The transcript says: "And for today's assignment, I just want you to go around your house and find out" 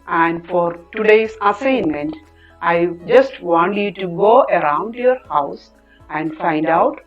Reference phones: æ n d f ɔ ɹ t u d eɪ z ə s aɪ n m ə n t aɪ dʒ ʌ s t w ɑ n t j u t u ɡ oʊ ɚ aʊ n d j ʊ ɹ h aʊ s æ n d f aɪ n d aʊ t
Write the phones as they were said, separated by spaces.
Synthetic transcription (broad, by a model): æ n d f ɔ ɹ t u d eɪ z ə s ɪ n m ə n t aɪ dʒ ʌ s t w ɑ n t j u t u ɡ oʊ ɚ aʊ n d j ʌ ɹ h aʊ s æ n d f aɪ n d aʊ t